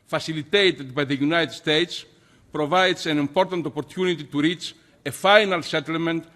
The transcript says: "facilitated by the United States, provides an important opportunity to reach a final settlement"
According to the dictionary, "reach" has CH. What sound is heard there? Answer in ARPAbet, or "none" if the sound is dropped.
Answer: CH